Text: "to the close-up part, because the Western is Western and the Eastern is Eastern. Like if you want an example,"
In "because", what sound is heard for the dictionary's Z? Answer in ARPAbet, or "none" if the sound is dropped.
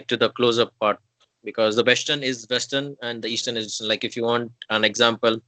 Z